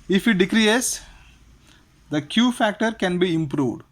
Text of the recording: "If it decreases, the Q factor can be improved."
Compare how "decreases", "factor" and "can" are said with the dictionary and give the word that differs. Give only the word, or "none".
decreases